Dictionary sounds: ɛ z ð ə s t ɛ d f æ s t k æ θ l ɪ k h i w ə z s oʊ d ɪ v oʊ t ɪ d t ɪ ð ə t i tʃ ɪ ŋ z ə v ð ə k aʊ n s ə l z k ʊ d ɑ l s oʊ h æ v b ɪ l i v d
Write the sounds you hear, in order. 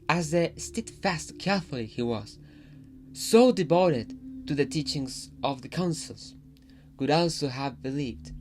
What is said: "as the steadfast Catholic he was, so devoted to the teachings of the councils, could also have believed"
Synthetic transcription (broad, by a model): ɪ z ð ə s t ɛ d f æ s t k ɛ f l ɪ h i w ə z s oʊ d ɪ b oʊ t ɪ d t ɪ ð ə t i tʃ ɪ ŋ z ə v ð ə k aʊ n s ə l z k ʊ d ɑ l s oʊ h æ v b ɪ l i v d